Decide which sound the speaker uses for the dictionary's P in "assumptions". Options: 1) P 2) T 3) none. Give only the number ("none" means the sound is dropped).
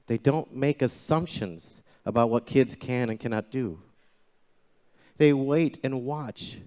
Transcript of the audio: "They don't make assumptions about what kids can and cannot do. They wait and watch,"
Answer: 1